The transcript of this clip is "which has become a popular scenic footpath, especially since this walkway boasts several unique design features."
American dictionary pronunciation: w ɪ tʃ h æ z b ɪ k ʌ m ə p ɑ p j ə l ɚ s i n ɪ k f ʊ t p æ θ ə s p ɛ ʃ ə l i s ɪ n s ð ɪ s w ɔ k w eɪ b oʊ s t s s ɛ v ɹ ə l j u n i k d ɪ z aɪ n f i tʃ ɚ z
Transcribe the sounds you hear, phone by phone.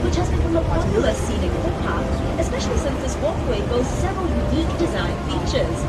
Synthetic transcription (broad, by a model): w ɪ tʃ h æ z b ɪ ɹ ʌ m ə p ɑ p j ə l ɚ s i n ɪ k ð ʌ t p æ t ə s p ɛ ʃ ə l i s ɪ n s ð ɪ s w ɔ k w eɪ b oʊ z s s ɛ v ɹ ə l j u n i k d ɪ z aɪ n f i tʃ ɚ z